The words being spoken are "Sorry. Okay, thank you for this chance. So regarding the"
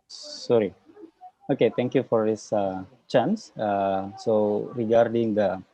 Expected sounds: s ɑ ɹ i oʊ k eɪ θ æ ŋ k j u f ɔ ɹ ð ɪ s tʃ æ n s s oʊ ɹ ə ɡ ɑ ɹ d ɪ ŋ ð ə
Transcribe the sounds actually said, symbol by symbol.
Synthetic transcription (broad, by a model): s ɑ ɹ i oʊ k eɪ t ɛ ŋ k j u f ɔ ɹ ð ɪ s tʃ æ n s s oʊ ɹ ə ɡ ɑ ɹ d ɪ ŋ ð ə